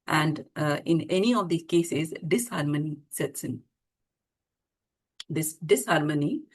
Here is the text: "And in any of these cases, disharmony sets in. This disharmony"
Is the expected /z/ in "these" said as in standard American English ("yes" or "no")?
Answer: no